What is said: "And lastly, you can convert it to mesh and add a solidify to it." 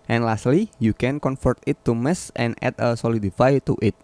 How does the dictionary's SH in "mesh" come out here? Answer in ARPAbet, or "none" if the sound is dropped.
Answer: S